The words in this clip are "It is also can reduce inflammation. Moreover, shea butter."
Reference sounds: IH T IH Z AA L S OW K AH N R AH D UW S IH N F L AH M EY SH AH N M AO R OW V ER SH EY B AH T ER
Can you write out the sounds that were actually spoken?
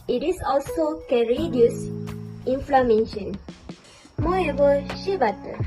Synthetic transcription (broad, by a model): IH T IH S AA L S OW K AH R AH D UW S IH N F L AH M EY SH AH N M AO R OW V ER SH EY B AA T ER